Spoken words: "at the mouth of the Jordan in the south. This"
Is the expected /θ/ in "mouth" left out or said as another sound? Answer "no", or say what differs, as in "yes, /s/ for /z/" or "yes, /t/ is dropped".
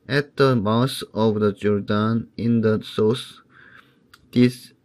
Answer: yes, /s/ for /θ/